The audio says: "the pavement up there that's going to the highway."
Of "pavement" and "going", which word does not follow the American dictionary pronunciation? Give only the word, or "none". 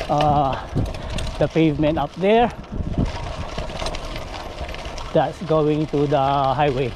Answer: none